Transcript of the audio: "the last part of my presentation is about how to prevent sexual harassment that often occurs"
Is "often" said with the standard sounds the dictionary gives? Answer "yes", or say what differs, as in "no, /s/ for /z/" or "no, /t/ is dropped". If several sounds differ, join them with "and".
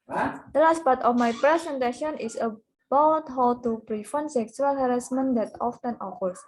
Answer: yes